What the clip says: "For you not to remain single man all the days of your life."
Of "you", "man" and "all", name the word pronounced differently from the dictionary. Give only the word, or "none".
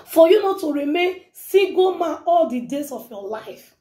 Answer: man